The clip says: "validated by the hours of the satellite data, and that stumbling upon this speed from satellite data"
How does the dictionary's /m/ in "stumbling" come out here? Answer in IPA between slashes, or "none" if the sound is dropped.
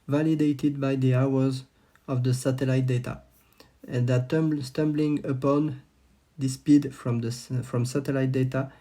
/m/